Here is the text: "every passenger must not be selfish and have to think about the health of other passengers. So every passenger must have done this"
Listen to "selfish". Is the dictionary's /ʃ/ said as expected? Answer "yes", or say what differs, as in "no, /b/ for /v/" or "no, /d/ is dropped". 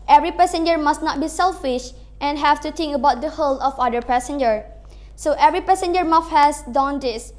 yes